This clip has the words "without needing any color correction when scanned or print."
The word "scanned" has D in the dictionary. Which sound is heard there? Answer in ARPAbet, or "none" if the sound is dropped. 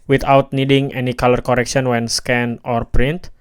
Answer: none